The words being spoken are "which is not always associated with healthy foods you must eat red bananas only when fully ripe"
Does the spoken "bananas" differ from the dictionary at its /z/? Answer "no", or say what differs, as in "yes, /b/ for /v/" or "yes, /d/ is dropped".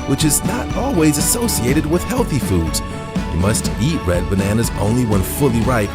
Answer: no